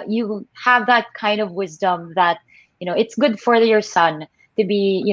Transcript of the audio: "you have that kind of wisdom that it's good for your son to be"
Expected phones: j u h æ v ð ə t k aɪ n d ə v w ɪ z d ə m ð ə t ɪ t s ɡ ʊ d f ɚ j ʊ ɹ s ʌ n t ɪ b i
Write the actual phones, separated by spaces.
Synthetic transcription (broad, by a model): j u h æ v ð ə t k aɪ n d ə v w ɪ z d ə m ð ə t ɪ t s ɡ ʊ d f ɚ j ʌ ɹ s ʌ n t ɪ b i